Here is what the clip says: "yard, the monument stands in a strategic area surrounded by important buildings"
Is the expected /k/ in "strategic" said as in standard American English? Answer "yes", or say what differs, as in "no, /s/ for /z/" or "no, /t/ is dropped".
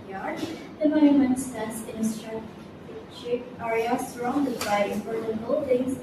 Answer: no, /k/ is dropped